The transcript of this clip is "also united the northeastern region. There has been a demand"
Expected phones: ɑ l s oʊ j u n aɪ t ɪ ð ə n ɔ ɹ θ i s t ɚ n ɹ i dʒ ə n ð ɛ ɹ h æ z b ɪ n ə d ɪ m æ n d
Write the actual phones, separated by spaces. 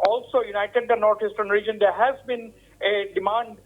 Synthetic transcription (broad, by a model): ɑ l s oʊ j u n aɪ t ɪ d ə n ɔ ɹ t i s t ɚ n ɹ i dʒ ə n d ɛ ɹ h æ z b ɪ n ə d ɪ m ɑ n d